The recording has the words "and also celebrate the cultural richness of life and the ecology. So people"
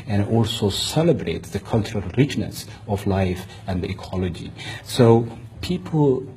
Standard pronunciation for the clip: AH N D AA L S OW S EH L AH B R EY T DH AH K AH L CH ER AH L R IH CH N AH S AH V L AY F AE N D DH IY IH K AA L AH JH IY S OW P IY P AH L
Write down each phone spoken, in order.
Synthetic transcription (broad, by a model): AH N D AA L S OW S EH L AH B R EY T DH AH K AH L CH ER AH L R IH CH N AH S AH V L AY F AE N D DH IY IH K AA L AH JH IY S OW P IY P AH L